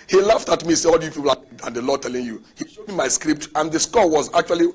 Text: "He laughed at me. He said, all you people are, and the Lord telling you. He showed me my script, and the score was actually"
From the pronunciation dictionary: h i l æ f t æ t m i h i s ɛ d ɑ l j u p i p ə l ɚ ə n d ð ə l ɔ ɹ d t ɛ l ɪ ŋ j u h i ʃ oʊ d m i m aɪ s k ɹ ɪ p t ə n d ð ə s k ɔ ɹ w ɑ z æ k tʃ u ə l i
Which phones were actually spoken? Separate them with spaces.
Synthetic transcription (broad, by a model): h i l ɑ f t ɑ t m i i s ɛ ɑ l j u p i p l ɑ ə n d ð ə l ɔ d t ɛ l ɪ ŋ j u h i ʃ oʊ d m i m aɪ s k ɹ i p t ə n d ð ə s k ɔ w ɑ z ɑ k tʃ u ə l i